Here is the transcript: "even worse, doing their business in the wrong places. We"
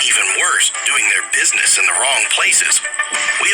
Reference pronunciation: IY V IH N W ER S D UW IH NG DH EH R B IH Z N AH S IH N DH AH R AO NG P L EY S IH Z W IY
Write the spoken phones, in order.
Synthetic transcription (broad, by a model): IY V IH N W ER S D UW IH NG DH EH R B IH Z N AH S IH N DH AH R AO NG P L EY S IH Z W IY